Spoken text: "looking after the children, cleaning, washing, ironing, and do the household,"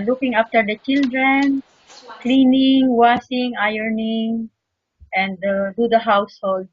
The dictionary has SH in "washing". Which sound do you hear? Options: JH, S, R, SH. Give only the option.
S